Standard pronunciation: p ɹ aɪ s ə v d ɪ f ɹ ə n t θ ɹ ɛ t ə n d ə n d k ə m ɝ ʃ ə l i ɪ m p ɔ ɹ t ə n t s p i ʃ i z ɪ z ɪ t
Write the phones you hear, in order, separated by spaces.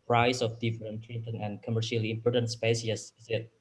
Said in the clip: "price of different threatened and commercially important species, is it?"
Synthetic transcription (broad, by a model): p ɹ aɪ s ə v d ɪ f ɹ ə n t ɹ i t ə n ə n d k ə m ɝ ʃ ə l i ɪ m p ɔ ɹ t ə n t s p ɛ s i s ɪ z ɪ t